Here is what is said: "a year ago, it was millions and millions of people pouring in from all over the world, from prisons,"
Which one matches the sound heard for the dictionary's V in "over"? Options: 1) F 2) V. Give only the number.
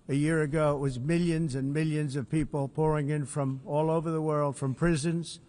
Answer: 2